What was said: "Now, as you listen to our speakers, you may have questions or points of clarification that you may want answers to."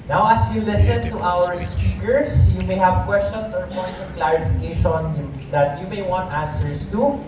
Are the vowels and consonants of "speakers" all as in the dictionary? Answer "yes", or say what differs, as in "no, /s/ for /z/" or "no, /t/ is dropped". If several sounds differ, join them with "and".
no, /s/ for /z/